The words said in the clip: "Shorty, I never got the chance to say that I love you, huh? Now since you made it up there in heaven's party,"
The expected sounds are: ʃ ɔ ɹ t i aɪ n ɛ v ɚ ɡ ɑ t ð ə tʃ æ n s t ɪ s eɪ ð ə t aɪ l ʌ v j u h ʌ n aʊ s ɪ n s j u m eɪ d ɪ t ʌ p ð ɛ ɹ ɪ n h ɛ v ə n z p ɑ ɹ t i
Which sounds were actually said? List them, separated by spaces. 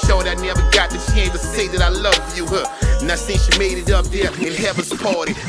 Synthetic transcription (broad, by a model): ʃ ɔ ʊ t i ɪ n ɛ v ɚ ɡ ɑ t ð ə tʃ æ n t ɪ s eɪ ð ə t aɪ l ʌ v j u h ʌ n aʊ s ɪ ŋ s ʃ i m eɪ d ɪ t ʌ p ð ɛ ɹ ɪ n h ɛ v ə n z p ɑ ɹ t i